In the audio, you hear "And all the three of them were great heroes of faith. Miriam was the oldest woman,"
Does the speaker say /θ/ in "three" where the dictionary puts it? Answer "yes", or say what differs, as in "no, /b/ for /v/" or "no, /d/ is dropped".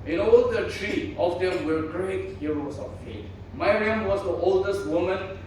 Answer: no, /t/ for /θ/